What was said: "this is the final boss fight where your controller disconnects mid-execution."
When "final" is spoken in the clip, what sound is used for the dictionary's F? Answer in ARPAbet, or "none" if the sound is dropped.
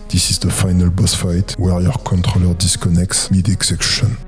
F